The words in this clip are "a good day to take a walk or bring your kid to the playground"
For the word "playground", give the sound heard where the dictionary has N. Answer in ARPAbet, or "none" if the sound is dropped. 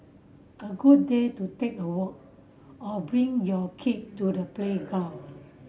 none